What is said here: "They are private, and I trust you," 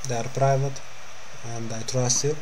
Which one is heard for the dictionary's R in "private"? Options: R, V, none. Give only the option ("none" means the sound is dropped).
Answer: R